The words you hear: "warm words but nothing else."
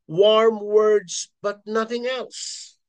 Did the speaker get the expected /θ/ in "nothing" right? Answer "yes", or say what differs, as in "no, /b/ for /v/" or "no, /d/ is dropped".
yes